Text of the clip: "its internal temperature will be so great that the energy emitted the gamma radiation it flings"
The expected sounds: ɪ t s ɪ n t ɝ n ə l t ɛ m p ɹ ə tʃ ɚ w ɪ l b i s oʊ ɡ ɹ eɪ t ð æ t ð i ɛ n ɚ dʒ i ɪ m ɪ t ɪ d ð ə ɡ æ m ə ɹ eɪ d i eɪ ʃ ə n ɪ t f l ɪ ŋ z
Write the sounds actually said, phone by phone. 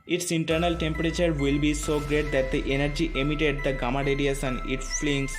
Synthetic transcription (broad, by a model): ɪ t s ɪ n t ɝ n ə l t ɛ m p ɹ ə tʃ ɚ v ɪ l b i s oʊ ɡ ɹ eɪ t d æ t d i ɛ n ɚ dʒ i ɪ m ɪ t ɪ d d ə ɡ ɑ m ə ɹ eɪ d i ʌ s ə n ɪ t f l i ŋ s